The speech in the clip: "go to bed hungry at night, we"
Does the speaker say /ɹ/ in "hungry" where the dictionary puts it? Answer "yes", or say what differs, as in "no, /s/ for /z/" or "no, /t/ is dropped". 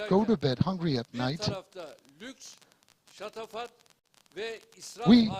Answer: yes